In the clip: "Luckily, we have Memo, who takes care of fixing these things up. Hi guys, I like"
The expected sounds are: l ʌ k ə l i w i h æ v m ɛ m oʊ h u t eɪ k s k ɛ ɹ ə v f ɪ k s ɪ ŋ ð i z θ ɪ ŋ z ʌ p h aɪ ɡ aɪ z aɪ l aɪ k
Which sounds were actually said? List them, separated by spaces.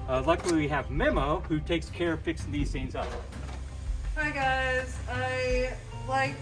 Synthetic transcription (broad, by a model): l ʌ k l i w i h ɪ v m ɛ m oʊ h u t eɪ k s k ɛ ɹ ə f ɪ k s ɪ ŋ ð i z s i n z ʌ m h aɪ ɡ aɪ z aɪ l aɪ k